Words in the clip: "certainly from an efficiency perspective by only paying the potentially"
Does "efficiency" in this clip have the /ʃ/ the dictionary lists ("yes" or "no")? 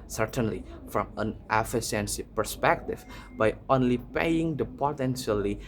no